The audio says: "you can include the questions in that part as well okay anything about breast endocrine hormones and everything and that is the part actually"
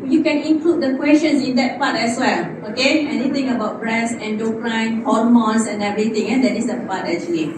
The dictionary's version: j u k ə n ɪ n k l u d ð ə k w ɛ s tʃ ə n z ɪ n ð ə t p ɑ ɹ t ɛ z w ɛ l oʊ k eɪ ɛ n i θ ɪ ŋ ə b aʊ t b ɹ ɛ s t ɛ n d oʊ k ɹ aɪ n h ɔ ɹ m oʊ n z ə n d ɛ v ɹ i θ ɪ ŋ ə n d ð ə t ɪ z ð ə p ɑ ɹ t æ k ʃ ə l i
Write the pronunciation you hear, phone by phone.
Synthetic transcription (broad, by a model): j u k ə n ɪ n k l u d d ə k w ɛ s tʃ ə n s ɪ n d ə t p ɑ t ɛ s w ɛ l oʊ k eɪ ɛ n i t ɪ ŋ ə b aʊ t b ɹ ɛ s ɛ n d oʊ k l aɪ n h ɔ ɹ m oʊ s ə n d ɛ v ɹ i t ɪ ŋ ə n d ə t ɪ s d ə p ɑ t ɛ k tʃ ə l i